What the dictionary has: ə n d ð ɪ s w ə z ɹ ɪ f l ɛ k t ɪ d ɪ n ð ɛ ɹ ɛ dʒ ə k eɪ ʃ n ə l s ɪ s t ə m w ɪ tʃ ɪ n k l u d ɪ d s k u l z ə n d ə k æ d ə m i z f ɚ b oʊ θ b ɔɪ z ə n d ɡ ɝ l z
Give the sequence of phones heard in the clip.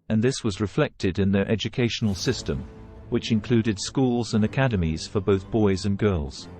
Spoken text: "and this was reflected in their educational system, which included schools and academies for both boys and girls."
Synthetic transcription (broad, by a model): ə n ð ɪ s w ə z ɹ ɪ f l ɛ k t ɪ d ɪ n ð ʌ ɹ ɛ dʒ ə k eɪ ʃ n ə l s ɪ s t ə m w ɪ tʃ ɪ n k l u d ɪ d s k u l z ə n ə k æ d ə m i z f ɚ b oʊ θ b ɔɪ z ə n ɡ ɝ l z